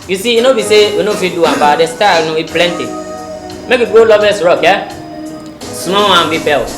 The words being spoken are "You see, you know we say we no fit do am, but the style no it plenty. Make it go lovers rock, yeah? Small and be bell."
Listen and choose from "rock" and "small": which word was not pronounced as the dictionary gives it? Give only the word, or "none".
small